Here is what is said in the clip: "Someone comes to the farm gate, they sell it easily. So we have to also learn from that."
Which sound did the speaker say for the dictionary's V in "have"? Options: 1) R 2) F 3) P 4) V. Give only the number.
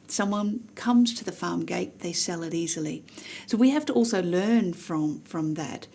2